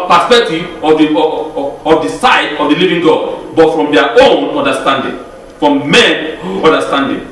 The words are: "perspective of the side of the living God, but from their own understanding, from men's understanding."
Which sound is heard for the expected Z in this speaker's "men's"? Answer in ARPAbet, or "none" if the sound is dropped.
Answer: none